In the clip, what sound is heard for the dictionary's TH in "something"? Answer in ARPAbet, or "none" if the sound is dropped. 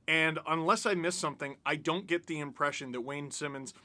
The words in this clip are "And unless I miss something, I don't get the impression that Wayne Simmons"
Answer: TH